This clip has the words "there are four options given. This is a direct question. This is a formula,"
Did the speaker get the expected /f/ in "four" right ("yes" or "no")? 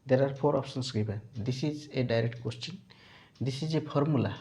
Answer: no